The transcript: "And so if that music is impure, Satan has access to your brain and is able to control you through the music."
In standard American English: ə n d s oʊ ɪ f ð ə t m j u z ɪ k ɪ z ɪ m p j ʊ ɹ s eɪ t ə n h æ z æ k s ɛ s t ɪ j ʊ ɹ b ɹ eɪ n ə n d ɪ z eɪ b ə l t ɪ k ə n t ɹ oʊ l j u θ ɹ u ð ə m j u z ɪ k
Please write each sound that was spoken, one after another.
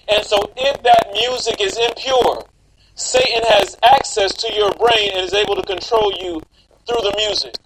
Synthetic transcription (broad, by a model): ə n s oʊ ɪ f ð ə t m j u z ɪ k ɪ z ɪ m p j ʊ ɹ s eɪ t n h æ z æ k s ɛ s t ɪ j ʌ ɹ b ɹ eɪ n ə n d ɪ z eɪ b l t ɪ k ə n t ɹ oʊ l j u θ ɹ u ð ə m j u z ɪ k